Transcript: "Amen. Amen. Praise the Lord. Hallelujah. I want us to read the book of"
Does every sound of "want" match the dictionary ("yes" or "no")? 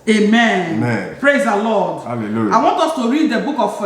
yes